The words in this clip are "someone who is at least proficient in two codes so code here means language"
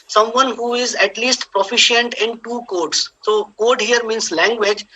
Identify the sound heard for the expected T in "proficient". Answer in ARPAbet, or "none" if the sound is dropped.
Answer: T